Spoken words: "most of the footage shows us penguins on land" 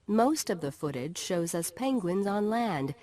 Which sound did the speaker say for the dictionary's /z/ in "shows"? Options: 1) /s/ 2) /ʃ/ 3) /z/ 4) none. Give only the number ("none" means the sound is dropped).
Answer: 3